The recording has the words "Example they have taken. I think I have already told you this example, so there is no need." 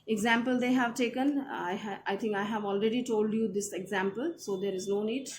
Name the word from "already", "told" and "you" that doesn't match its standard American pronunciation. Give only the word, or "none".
none